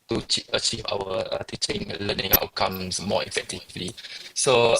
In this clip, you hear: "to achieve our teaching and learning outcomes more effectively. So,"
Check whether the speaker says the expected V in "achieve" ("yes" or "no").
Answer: yes